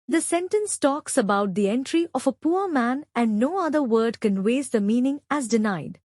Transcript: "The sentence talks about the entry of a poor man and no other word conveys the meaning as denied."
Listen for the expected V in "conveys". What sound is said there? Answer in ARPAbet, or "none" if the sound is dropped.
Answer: W